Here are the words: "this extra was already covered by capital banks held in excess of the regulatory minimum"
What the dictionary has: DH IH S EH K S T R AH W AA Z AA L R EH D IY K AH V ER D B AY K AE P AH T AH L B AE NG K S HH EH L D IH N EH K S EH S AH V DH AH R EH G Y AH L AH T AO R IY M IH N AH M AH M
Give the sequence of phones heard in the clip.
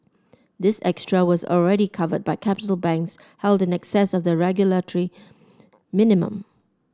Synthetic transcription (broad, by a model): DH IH S EH K S T R AH W AA Z AA L R EH D IY K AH V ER D B AY K AE P AH T AH L B AE NG K S HH EH L D IH N EH K S EH S AH V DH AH R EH G Y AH L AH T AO R IY M IH N AH M AH M